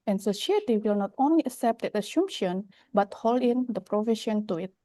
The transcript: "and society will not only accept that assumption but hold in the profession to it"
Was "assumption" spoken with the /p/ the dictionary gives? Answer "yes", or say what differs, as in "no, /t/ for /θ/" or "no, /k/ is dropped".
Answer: no, /p/ is dropped